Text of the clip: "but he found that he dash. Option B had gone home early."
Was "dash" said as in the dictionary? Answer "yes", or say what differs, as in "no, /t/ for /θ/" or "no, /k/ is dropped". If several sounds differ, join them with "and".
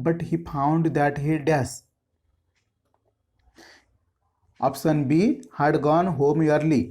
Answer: no, /s/ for /ʃ/